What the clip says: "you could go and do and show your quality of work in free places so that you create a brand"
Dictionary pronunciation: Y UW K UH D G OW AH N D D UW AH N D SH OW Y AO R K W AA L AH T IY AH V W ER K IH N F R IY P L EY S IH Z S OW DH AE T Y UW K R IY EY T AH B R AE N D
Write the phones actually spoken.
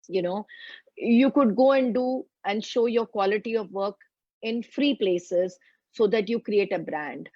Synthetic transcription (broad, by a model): Y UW K UH D G OW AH N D D UW AH N D SH OW Y AO R K W AA L AH T IY AH V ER K IH N F R IY P L EY S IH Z S OW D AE T Y UW K R IY EY T AH B R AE N D